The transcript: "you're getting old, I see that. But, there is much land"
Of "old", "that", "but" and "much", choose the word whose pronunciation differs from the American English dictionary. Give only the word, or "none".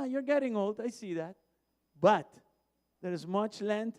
none